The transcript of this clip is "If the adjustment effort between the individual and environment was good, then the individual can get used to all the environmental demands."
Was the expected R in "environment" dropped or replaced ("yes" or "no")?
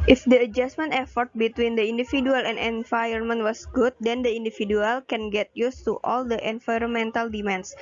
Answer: yes